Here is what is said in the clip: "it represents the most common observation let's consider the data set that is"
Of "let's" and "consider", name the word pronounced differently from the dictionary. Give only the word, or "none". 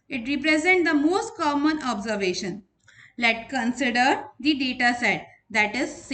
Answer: let's